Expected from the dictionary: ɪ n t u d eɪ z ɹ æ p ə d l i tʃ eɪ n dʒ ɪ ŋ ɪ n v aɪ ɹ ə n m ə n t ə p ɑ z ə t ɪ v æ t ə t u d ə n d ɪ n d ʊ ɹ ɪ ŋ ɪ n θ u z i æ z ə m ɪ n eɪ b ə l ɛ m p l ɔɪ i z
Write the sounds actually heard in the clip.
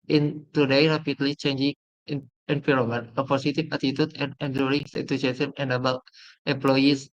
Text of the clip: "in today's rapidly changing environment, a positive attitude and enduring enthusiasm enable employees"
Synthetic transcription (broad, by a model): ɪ n t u d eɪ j ɹ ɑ p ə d l i tʃ eɪ n dʒ ɪ ŋ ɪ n p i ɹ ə m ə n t ə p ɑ s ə t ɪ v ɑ t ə t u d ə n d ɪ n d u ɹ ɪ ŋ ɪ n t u s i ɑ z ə m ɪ n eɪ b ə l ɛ m p l ɔɪ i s